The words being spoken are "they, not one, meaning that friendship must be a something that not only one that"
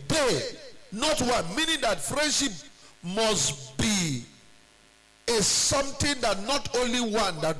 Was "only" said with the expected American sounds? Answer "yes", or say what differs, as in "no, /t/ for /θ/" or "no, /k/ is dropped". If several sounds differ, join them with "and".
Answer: yes